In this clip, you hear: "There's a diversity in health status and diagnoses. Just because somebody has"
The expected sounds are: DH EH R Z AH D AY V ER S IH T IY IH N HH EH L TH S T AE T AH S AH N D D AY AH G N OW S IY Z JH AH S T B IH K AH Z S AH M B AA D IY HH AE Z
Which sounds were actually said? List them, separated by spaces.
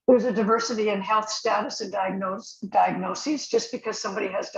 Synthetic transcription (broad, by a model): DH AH R Z AH D AY V ER S IH T IY IH N HH EH L TH S T AE T AH S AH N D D AY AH G N OW S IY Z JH AH S B IH K AH Z S AH M B AA D IY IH Z